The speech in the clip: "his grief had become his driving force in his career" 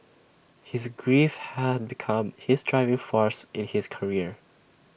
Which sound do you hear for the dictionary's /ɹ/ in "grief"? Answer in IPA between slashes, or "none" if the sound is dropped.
/ɹ/